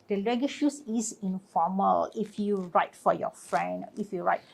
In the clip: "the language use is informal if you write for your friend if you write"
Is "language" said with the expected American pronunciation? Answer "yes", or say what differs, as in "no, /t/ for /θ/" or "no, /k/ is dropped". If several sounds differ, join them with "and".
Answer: no, /ŋ/ is dropped